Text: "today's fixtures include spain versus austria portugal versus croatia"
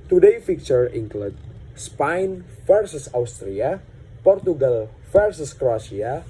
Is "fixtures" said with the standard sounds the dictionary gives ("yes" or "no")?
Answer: no